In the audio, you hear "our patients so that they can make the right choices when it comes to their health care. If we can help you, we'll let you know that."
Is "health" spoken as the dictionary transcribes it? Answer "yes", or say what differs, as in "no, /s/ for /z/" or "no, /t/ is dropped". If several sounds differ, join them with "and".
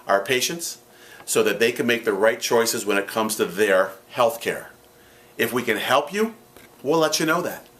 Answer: yes